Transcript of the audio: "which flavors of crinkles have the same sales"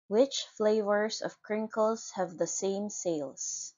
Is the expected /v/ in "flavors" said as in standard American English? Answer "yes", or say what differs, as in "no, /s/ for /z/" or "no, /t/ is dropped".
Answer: yes